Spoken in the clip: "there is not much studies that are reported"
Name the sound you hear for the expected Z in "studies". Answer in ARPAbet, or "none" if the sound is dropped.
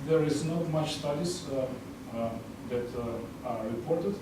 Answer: S